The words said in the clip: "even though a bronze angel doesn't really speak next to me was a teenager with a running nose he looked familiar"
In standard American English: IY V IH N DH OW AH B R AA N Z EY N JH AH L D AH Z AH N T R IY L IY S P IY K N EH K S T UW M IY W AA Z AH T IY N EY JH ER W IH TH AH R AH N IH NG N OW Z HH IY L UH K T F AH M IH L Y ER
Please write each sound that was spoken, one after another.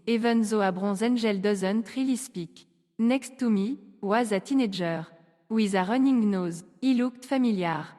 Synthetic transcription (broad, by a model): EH V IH N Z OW AH B R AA Z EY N ZH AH L D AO Z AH N T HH IY L IY S P IY K N EH K S T UW M IY W AA Z AH T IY N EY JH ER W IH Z AH R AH N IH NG N OW Z IY L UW K T F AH M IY L Y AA